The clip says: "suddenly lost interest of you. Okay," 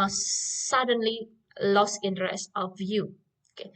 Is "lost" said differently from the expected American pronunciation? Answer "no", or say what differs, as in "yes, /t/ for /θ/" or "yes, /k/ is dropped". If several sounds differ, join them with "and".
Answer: yes, /t/ is dropped